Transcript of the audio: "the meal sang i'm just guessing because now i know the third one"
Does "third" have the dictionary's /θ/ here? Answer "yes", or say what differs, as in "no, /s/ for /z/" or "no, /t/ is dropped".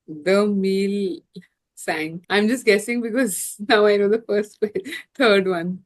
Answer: no, /f/ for /θ/